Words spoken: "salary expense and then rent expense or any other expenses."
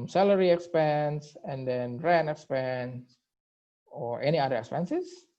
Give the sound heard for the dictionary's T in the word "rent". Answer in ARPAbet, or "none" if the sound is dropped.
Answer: none